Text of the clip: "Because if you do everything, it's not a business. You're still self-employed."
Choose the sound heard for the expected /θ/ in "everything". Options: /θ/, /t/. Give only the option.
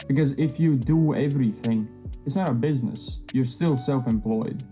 /θ/